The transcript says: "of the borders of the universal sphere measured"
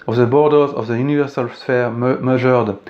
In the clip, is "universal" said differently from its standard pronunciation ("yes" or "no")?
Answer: no